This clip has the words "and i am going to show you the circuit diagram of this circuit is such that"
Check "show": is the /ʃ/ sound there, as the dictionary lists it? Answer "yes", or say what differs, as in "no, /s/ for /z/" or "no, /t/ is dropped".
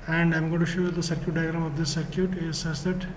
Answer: yes